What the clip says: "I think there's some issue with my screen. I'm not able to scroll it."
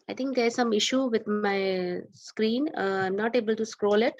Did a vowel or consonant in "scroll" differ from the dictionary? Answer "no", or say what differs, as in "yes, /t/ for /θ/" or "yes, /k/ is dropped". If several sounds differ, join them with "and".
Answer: no